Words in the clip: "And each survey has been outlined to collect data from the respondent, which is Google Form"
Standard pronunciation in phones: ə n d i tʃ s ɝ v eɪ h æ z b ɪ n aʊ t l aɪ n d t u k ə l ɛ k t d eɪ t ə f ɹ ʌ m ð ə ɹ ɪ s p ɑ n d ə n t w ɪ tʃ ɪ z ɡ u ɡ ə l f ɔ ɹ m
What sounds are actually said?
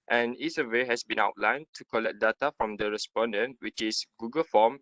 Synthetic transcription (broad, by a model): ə n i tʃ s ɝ w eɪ h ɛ s b ɪ n aʊ t l aɪ n t u k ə l ɛ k d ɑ t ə f ɹ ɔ m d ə ɹ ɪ s p ɑ n d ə n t w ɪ tʃ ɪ s ɡ u ɡ ə l f ɔ m